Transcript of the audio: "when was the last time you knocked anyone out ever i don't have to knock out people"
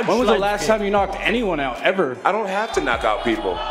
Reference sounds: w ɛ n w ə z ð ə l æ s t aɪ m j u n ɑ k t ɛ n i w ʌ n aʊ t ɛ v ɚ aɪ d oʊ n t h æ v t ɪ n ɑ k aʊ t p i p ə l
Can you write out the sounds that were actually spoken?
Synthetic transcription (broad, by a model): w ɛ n w ə z ð ə l æ s t aɪ m j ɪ n ɑ k t ɛ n i w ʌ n aʊ t ɛ v ɚ aɪ d oʊ n t h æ f t ɪ n ɑ k aʊ t p i p l